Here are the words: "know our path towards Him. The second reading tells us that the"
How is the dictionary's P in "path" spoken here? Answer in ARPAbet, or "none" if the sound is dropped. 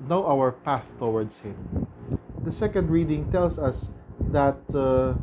P